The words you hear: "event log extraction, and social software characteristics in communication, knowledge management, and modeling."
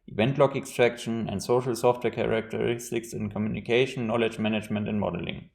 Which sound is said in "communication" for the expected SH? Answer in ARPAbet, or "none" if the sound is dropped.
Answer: none